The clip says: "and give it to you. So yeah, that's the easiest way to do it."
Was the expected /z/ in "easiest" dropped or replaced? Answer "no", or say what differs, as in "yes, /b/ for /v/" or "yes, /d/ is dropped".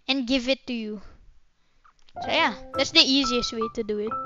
no